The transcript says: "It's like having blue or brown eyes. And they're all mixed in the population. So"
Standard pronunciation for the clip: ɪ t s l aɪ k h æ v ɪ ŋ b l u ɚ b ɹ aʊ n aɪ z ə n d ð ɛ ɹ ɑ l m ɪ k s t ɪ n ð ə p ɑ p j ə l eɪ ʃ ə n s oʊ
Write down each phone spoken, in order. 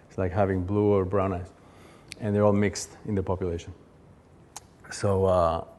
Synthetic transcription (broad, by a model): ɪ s l aɪ k h æ v ɪ ŋ b l u ɚ b ɹ aʊ n aɪ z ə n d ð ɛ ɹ ɑ l m ɪ k s t ɪ n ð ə p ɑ p j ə l eɪ ʃ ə n s oʊ